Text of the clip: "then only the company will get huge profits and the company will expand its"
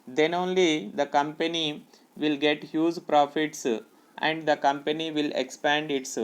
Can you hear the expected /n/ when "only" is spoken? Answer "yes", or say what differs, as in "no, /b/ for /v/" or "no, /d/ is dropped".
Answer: yes